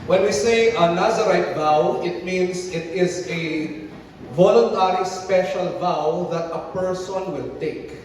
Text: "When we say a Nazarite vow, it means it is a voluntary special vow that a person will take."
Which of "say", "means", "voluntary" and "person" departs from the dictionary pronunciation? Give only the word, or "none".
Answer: means